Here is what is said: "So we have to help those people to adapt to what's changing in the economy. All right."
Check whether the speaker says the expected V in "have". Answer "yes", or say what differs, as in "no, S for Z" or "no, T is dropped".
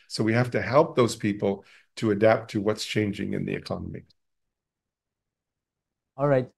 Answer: no, F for V